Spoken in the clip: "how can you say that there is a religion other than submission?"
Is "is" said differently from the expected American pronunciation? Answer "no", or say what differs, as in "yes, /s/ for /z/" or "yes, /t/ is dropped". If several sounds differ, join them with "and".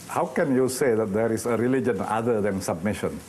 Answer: yes, /s/ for /z/